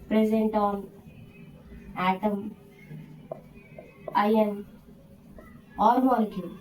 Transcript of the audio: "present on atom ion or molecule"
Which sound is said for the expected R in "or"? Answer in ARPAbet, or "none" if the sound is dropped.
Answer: L